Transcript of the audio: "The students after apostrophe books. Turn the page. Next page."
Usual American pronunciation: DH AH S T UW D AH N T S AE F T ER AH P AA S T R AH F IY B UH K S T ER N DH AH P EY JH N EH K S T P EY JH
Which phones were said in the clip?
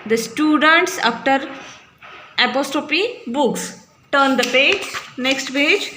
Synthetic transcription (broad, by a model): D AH S T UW D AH N T S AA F T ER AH P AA S T R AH P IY B UH K S T ER N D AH P EY JH N EH K S T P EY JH